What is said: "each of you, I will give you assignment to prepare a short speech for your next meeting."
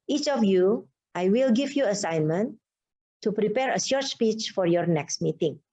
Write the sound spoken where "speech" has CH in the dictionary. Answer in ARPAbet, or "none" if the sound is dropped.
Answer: CH